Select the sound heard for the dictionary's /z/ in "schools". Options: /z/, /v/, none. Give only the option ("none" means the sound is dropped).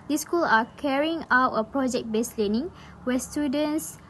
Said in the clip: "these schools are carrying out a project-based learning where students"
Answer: none